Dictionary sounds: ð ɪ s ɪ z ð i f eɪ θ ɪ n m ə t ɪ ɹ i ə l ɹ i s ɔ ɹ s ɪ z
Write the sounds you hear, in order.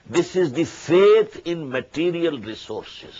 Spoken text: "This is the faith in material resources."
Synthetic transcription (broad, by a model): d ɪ s ɪ z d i f eɪ t ɪ n m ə t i ɹ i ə l ɹ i s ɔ ɹ s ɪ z